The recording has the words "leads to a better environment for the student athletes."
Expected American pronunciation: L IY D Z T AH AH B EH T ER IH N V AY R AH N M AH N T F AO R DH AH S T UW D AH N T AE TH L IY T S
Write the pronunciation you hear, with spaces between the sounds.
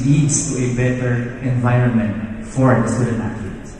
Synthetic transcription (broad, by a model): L IY D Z T AH AH B EH T ER IH N V AY R AH N M AH N T F AO R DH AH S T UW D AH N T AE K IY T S